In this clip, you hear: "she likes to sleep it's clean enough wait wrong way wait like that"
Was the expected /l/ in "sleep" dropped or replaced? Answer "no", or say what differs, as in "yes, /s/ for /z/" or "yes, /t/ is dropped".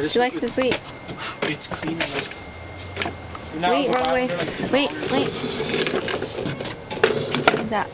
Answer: yes, /w/ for /l/